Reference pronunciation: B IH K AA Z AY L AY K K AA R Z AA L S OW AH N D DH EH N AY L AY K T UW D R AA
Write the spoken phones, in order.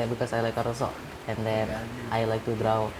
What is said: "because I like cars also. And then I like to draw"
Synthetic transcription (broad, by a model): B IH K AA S AY L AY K K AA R AA S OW AH N D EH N AY L AY K T UW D R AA